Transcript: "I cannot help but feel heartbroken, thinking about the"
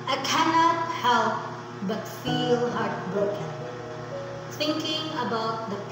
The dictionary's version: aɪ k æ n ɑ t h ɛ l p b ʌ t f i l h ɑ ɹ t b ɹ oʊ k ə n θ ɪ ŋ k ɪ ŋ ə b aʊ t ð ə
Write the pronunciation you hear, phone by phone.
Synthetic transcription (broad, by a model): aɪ k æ n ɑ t h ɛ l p b ʌ t f i l h ɑ ɹ t b ɹ oʊ k ə n s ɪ ŋ k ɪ ŋ ə b aʊ t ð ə